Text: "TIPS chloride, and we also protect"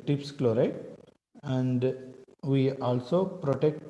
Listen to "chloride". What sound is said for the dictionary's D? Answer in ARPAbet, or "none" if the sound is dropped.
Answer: none